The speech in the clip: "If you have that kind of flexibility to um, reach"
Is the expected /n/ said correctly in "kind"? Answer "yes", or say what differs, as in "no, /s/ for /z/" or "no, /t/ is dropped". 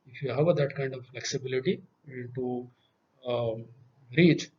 yes